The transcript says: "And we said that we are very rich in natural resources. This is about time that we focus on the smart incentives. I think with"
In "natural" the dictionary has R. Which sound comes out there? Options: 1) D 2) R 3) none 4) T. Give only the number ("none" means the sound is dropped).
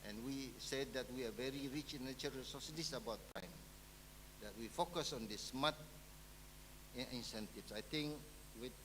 3